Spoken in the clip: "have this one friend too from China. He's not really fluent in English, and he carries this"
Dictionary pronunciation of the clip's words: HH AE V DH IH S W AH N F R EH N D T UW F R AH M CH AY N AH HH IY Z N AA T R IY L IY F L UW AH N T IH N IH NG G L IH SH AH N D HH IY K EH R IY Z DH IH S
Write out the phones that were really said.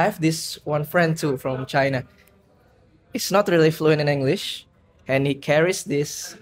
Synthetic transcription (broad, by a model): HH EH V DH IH S W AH N F R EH N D T UW F R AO M CH AY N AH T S N AA T R IY L IY F L UW AH N T IH N IH NG G L IH SH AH N HH IY K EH R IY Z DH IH S